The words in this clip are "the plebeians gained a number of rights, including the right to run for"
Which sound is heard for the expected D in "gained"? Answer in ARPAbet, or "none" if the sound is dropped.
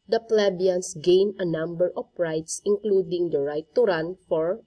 none